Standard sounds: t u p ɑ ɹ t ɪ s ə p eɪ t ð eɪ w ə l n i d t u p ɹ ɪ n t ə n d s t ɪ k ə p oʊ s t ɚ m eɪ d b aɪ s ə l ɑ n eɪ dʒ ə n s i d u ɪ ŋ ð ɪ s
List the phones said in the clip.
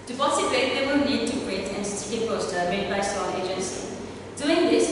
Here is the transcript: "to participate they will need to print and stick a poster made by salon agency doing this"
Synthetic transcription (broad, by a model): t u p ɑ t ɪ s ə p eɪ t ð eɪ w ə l n i d t u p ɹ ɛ t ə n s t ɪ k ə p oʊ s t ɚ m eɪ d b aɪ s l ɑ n eɪ dʒ ə n s i d u ɪ ŋ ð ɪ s